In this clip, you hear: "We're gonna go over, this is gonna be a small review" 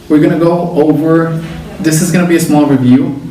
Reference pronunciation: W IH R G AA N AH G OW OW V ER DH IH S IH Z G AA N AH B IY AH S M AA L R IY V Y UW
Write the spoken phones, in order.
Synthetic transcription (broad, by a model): W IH R G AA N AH G OW OW V ER DH IH S IH Z G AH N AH B IY AH S M AA L R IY V Y UW